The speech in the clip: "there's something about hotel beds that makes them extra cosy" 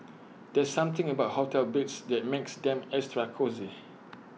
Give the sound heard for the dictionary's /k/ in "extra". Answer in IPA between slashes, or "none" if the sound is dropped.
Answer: none